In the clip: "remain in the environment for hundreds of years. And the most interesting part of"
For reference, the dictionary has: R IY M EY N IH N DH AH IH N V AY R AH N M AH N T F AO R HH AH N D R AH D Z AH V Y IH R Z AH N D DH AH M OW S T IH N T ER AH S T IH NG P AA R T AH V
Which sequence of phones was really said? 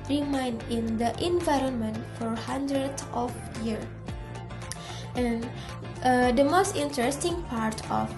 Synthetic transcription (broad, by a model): R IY M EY N IH N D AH IH N V AY R AH N M AH N T F AO R HH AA N D R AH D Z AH F Y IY R AH N D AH M OW S T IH N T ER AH S T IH NG P AA R T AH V